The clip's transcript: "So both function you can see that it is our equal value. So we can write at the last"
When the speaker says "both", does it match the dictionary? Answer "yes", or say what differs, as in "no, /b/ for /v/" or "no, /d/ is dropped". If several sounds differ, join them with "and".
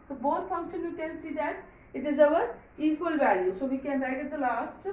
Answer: no, /t/ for /θ/